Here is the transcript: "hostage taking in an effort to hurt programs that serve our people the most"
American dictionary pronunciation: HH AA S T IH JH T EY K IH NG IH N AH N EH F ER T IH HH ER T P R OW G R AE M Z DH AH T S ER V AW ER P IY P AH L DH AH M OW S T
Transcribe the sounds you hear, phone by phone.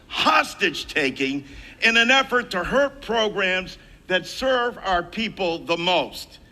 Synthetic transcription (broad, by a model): HH AA S T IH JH T EY K IH NG IH N AH N EH F ER T IH HH ER T P R OW G R AE M Z DH AH T S ER V AW ER P IY P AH L DH AH M OW S T